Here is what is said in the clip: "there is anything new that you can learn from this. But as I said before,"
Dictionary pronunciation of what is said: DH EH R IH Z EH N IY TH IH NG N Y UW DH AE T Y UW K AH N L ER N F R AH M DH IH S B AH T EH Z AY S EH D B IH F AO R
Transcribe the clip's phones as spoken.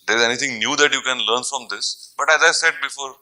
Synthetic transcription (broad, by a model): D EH R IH Z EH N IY T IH NG N Y UW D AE T Y UW K AH N L ER N F R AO M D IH S B AH T EH Z AY S EH D B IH F AO R